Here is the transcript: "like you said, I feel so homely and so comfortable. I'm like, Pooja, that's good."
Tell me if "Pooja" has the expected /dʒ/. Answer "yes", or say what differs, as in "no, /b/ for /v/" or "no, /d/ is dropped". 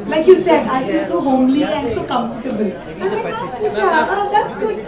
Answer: no, /dʒ/ is dropped